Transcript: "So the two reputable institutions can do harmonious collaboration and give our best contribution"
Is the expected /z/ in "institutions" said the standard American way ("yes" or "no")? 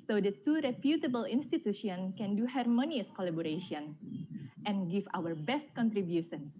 no